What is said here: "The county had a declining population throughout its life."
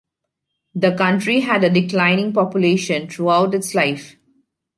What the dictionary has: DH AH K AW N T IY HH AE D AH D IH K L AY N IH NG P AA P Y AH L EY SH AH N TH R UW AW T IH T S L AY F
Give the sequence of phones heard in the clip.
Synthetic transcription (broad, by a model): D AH K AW N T IY HH AE D AH D IH K L AY N IH NG P AA P Y AH L EY SH AH N T R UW AW T IH T S L AY F